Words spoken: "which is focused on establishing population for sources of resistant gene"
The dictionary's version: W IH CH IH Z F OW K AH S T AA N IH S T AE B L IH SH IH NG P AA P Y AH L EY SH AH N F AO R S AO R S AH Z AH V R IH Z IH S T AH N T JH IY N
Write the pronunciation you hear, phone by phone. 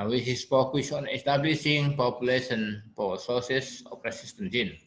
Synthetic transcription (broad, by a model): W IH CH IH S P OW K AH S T AA N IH S T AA B L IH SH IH NG P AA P Y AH L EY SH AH N P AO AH S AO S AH S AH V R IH S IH S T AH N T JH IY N